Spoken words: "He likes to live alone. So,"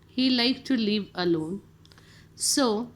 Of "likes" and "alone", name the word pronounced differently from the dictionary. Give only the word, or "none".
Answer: likes